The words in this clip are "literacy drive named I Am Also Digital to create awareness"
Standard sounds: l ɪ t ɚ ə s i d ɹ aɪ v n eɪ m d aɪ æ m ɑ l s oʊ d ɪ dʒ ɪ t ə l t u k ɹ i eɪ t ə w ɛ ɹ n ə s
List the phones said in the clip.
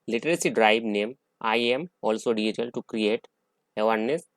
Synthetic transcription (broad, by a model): l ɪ t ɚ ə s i d ɹ aɪ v n eɪ m aɪ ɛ m ɑ l s oʊ d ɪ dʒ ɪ t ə l t u k ɹ i eɪ t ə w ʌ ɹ n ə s